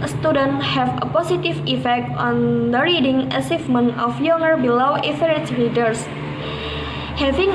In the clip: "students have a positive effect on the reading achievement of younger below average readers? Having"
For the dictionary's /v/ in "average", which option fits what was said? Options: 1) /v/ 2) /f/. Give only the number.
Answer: 2